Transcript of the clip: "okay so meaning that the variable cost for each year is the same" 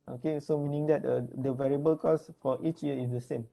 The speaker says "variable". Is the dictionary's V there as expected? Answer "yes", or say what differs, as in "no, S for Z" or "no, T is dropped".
yes